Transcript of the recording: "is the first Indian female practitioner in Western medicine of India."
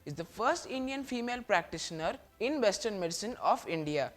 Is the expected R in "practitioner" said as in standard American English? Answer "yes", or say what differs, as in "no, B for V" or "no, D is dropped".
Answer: yes